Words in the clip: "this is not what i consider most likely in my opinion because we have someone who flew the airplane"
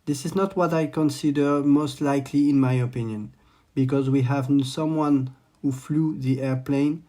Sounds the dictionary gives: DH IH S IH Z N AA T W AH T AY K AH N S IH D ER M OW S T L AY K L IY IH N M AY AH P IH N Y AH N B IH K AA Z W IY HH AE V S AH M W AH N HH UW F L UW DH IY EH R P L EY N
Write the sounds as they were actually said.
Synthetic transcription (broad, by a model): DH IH S IH Z N AA T W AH T AY K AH N S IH D ER M OW S T L AY K L IY IH N M AY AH P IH N Y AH N B IH K AA Z W IY HH AE V S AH M W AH N HH UW F L UW DH IY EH R P L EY N